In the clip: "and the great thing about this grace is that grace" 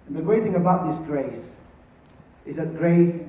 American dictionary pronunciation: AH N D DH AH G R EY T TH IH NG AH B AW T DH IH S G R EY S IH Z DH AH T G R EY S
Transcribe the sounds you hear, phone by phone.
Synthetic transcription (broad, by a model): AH N DH AH G R EY T TH IH NG AH B AW T DH IH S G R EY S IH Z DH AH T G R EY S